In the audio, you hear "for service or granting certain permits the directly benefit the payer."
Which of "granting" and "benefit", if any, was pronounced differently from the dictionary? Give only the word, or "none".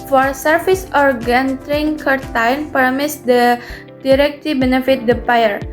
granting